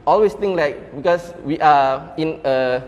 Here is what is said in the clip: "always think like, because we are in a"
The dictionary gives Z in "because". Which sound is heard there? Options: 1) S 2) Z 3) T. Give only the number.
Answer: 1